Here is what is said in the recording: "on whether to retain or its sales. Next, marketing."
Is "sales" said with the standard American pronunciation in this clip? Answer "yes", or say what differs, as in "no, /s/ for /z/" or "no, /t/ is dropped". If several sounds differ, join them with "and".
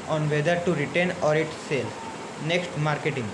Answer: no, /z/ is dropped